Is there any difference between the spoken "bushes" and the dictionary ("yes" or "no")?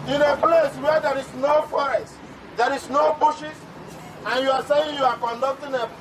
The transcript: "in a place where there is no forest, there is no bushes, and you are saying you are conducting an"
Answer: yes